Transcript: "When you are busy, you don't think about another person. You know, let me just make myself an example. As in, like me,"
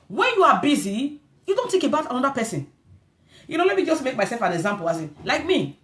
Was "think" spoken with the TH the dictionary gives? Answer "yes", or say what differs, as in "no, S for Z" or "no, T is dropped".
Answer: no, T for TH